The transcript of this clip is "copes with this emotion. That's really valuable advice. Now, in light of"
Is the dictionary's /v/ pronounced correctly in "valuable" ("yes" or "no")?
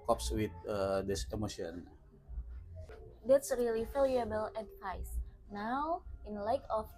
no